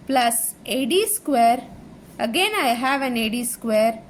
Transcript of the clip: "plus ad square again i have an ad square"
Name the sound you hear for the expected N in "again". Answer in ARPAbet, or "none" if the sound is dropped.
N